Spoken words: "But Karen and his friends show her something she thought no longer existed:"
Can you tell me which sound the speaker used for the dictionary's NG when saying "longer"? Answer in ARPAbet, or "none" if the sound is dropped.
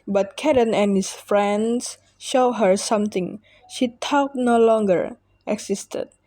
NG